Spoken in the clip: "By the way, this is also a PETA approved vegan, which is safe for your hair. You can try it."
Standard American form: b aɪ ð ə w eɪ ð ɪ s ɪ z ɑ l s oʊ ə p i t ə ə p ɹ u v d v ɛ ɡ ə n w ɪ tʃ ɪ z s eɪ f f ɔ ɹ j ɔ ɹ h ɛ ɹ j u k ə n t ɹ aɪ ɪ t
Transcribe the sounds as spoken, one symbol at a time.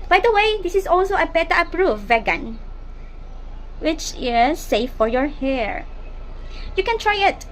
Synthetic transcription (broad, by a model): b aɪ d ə w eɪ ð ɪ s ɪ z ɑ l s oʊ ə b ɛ t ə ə p ɹ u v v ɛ ɡ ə n w ɪ tʃ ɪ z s eɪ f f ɔ ɹ j ɔ ɹ h ɛ ɹ j u k ə n t ɹ aɪ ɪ t